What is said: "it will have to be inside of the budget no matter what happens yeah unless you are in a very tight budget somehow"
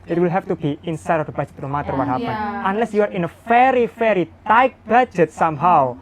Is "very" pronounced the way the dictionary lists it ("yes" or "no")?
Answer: no